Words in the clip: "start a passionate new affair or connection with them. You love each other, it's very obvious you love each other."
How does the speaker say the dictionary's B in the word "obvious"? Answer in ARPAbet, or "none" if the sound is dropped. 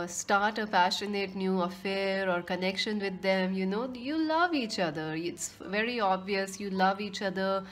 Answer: B